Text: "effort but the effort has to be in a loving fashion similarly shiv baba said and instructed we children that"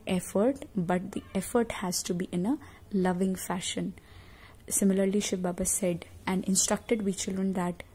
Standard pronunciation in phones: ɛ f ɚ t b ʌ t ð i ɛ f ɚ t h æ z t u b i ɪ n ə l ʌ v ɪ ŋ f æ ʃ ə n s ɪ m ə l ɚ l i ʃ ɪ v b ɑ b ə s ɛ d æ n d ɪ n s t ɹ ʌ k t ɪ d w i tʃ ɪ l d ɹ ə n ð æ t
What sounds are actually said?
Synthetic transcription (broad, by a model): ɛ f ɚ t b ʌ t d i ɛ f ɚ t h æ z t u b i ɪ n ə l ʌ v ɪ ŋ f æ ʃ ə n s ɪ m ə l ɚ l i ʃ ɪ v b ɑ b ə s ɛ d æ n d ɪ n s t ɹ ʌ k t ɪ d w i tʃ ɪ l d ɹ ə n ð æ t